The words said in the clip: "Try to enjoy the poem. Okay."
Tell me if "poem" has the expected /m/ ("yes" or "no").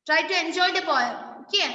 no